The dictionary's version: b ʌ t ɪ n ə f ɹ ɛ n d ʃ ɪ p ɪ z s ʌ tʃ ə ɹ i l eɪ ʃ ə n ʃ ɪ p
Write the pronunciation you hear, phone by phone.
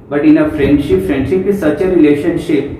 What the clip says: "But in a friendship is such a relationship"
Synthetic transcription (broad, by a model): b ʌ t ɪ n ə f ɹ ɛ n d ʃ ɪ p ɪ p s ʌ tʃ ə ɹ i l eɪ ʃ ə n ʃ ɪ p